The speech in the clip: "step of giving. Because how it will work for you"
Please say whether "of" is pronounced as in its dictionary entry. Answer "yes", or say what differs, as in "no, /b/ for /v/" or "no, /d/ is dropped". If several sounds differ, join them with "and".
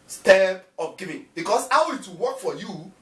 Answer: no, /p/ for /v/